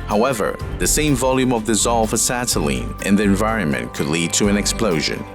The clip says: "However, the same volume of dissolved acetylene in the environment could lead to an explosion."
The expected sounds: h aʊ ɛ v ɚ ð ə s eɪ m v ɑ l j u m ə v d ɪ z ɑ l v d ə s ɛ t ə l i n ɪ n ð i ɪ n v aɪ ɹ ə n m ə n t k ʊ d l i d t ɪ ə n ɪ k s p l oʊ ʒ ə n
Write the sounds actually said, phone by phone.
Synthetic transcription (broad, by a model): h aʊ ɛ v ɚ ð ə s eɪ m v ɑ l j u m ə v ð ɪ z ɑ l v ə s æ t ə l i n ɪ n ð i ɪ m v aɪ ɹ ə n m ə n k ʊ d l i d t ɪ ə n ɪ k s p l oʊ ʒ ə n